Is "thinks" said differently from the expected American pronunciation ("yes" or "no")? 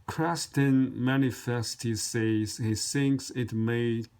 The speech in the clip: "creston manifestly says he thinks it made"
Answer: no